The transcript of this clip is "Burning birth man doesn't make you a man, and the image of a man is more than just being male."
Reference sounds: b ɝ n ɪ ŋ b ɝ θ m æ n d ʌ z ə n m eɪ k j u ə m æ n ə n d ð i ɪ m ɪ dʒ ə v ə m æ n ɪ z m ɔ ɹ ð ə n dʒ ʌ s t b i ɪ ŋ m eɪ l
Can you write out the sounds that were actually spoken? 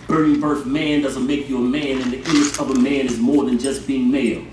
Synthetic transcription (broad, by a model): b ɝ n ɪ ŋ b ɝ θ m æ n d ʌ z ə n m eɪ k j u ə m æ n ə n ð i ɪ ɪ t ə v ə m æ n ɪ z m ɔ ɹ ð ə n dʒ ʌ s b i ɪ ŋ m eɪ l